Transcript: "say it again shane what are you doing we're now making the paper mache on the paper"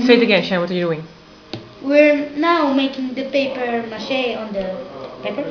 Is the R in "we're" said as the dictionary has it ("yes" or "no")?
yes